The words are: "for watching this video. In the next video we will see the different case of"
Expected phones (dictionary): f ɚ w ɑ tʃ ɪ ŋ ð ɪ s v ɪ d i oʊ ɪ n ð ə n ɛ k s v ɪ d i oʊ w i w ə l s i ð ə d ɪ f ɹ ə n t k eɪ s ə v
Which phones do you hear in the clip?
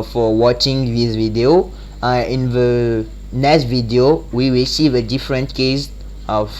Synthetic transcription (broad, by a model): f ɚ w ɑ tʃ ɪ ŋ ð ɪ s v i d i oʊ ɪ n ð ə n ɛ s v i d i oʊ w i w ə l s i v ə d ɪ f ɹ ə n t k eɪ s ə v